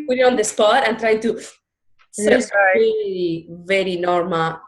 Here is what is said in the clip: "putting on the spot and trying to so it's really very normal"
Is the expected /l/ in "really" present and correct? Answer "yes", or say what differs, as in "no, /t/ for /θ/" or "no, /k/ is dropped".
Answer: no, /l/ is dropped